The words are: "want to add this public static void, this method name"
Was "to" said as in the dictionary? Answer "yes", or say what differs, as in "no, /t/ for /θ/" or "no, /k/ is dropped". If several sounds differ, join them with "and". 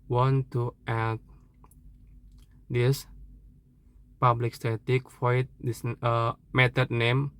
yes